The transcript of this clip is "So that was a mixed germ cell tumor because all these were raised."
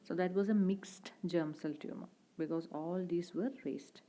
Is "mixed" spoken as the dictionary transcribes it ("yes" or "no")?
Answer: yes